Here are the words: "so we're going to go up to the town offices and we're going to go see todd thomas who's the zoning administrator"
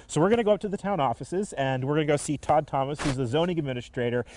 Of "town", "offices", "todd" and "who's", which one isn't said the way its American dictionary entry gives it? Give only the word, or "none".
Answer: none